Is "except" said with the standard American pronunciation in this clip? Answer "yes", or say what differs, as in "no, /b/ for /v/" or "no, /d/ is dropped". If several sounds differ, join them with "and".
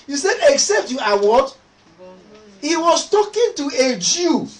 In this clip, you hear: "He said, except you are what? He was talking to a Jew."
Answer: yes